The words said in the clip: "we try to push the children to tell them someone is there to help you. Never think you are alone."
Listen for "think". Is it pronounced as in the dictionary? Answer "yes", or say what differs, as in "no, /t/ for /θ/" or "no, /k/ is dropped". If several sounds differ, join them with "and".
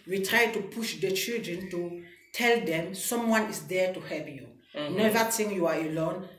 no, /t/ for /θ/